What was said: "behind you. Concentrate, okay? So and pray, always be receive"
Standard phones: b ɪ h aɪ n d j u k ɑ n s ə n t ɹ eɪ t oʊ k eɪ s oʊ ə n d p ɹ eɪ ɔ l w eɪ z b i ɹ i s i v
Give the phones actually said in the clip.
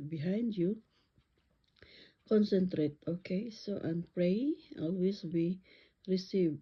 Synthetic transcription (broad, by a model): b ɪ h aɪ n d j u k ɑ n s ə n t ɹ eɪ t oʊ k eɪ s oʊ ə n p ɹ eɪ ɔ l w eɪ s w i ɹ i s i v